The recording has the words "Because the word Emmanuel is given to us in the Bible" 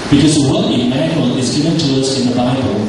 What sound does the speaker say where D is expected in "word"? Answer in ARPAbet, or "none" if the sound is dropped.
none